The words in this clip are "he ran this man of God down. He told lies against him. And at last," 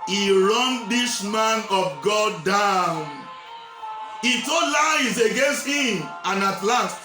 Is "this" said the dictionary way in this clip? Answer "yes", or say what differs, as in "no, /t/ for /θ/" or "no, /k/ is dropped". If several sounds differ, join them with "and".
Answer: no, /ʃ/ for /s/